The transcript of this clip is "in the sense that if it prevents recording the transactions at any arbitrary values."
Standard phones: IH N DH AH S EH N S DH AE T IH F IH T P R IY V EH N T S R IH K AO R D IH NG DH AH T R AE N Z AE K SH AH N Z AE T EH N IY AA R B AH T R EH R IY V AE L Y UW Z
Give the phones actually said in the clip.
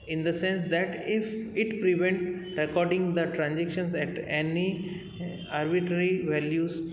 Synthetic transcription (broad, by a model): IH N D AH S EH N S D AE T IH F IH T P R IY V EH N T R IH K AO R D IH NG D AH T R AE N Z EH K SH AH N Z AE T EH N IY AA R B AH T R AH R IY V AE L Y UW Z